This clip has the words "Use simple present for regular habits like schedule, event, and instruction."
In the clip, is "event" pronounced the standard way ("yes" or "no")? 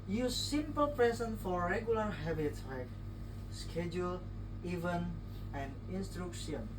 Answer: no